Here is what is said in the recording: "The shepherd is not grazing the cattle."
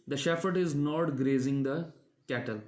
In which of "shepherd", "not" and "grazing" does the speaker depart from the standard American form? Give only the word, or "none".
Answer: shepherd